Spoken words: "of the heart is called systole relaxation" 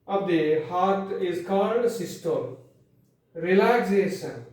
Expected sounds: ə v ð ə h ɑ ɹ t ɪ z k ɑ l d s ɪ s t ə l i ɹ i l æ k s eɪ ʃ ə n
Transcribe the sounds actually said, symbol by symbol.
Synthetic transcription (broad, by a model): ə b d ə h ɑ ɹ t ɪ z k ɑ n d s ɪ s t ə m ɹ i l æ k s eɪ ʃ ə n